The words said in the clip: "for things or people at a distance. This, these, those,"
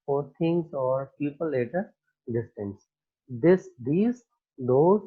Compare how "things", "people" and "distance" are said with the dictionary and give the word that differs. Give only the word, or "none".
things